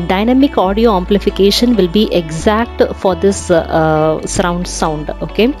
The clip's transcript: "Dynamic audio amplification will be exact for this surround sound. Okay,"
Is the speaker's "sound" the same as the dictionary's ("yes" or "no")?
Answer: yes